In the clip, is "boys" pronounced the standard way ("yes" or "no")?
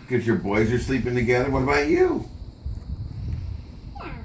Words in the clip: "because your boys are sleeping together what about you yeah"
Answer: yes